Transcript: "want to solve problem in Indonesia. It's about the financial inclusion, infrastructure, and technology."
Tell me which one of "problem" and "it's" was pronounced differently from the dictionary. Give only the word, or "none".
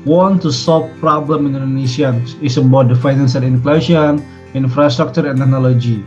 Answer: it's